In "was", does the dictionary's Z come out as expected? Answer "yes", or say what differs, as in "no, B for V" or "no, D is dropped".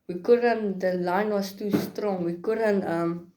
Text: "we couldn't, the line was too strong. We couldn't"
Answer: no, S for Z